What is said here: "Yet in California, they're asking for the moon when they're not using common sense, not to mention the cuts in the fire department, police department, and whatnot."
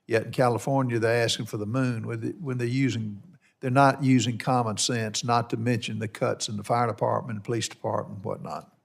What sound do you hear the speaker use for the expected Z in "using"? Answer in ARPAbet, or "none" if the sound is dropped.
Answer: Z